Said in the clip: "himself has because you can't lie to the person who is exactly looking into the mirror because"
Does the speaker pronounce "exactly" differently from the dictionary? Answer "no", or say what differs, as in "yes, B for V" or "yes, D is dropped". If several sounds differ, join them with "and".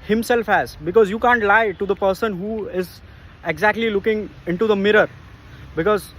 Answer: no